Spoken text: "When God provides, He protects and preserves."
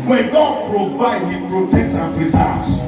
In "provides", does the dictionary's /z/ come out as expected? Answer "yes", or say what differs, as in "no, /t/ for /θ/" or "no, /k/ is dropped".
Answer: no, /z/ is dropped